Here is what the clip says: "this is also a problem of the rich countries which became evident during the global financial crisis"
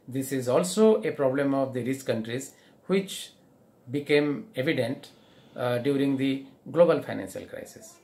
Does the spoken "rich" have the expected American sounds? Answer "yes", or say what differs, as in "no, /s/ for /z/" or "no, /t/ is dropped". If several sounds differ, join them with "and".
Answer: no, /s/ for /tʃ/